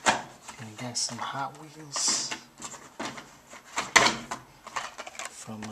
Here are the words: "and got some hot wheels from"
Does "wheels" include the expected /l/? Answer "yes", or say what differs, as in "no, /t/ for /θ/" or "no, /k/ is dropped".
no, /n/ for /l/